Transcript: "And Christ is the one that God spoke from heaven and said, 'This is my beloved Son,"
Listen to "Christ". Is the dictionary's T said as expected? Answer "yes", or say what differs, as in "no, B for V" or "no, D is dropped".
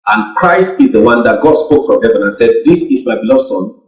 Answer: yes